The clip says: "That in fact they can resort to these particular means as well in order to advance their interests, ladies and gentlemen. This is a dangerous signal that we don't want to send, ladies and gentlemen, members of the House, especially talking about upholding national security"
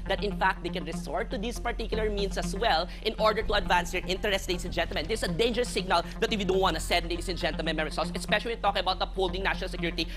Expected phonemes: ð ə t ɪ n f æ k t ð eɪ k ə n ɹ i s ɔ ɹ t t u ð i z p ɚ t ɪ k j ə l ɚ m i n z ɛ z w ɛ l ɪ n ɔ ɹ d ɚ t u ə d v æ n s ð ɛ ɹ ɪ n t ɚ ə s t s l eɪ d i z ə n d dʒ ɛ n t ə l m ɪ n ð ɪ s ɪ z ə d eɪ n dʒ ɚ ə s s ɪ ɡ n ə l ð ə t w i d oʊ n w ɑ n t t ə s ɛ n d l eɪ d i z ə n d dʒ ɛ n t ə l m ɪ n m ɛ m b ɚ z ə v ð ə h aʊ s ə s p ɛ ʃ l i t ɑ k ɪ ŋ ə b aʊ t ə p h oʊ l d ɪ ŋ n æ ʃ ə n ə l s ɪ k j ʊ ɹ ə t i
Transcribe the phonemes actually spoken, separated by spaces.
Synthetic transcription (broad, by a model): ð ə t ɪ n f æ k t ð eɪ k ə n ɹ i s ɔ ɹ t t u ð i s p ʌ t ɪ k j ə l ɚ m i n s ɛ s w ɛ l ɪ n ɔ ɹ d ɚ t u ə d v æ n s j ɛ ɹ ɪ n t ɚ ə s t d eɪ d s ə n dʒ ɛ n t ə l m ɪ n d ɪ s ə d eɪ n dʒ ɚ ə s s ɪ ɡ n ə l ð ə t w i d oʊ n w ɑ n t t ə s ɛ d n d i s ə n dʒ ɛ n t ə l m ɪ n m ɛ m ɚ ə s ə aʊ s ə s p ɛ ʃ l i t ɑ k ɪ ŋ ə b aʊ t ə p oʊ l d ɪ ŋ n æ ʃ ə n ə l s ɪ k j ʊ ɹ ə t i